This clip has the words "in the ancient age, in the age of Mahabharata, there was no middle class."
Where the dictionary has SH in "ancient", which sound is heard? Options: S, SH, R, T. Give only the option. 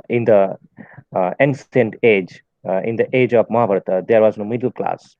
S